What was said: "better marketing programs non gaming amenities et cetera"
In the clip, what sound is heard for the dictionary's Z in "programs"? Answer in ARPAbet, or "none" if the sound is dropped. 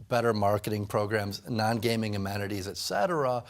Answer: Z